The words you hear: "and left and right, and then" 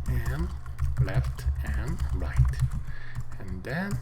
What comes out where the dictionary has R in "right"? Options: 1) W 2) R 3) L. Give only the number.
2